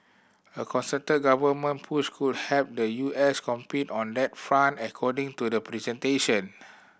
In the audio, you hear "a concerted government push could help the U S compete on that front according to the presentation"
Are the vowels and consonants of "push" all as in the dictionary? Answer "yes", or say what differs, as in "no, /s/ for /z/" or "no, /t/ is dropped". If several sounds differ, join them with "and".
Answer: no, /s/ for /ʃ/